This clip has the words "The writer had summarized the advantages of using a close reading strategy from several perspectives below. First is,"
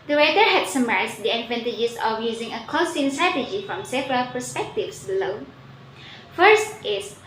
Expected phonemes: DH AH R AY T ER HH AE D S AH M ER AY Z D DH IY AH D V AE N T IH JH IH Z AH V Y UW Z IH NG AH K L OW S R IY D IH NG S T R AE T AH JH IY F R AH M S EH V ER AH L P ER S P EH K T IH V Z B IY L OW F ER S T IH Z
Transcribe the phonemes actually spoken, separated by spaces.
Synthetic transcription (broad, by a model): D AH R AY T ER HH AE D S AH M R AY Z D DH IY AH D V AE N T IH JH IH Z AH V Y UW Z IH NG AH K OW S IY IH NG S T R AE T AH JH IY F R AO M S EH V ER AH L P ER S P EH K T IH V S B IY L OW F ER S T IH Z